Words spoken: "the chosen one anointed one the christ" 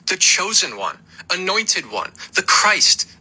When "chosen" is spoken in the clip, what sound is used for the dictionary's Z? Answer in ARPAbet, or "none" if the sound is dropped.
Z